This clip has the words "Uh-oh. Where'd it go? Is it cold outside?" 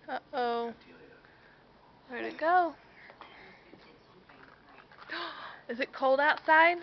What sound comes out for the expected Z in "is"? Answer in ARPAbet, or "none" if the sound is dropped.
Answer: Z